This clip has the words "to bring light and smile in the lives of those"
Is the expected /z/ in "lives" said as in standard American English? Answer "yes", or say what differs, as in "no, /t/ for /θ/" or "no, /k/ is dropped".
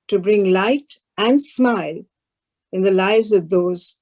yes